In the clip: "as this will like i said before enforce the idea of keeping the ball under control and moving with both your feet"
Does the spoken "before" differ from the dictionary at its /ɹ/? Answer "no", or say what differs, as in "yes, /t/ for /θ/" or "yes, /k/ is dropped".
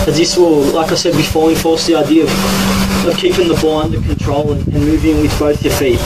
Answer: yes, /l/ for /ɹ/